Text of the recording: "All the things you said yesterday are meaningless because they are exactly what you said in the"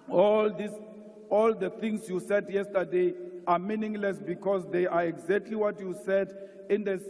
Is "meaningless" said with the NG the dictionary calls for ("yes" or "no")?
yes